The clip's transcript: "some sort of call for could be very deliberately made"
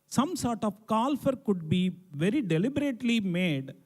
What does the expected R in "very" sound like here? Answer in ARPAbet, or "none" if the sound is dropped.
R